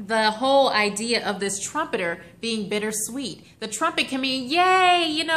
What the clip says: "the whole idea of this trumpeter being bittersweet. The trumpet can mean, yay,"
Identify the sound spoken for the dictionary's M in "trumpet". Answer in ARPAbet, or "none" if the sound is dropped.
M